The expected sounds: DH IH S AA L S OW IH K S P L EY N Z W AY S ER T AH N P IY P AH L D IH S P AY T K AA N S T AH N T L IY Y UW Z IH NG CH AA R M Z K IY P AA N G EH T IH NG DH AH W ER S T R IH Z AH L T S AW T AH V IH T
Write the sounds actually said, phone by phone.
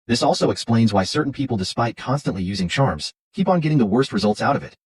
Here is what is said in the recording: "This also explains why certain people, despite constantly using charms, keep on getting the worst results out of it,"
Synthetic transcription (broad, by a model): DH IH S AA L S OW IH K S P L EY N Z W AY S ER T N P IY P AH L D IH S P AY T K AA N S T AH N T L IY Y UW Z IH NG CH AA R M Z K IY P N G EH T IH NG DH AH W ER S T R IH Z AH L T S AW T AH V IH T